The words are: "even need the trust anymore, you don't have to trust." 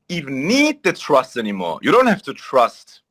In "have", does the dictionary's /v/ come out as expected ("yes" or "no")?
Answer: no